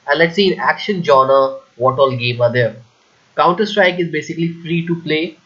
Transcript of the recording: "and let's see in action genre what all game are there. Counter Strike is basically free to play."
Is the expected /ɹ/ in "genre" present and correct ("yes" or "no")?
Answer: no